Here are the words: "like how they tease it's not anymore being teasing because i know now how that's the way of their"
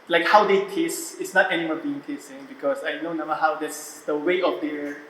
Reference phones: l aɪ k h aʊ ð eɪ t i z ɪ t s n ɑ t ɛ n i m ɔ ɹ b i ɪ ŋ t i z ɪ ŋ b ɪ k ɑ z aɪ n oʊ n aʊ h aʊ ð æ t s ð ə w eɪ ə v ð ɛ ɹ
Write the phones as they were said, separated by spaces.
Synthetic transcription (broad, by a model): l aɪ k h aʊ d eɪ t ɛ s ɪ t s n ɑ t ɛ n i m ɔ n b i ɪ ŋ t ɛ s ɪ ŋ b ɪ k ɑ s aɪ n oʊ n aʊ h aʊ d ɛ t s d ə w eɪ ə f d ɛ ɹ